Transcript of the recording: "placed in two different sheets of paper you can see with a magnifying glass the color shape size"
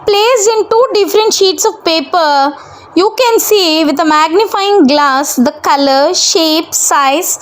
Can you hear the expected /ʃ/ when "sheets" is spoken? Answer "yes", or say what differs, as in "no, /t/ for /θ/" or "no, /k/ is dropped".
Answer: yes